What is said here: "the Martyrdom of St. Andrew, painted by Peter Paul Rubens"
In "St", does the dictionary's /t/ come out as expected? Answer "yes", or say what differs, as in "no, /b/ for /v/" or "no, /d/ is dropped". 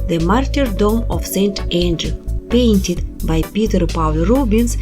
yes